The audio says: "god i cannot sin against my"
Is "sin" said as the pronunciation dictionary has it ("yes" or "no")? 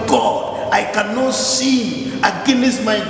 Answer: no